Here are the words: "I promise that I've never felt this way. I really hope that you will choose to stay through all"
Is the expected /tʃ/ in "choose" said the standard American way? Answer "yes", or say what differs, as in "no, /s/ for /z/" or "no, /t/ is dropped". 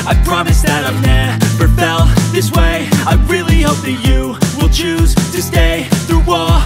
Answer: yes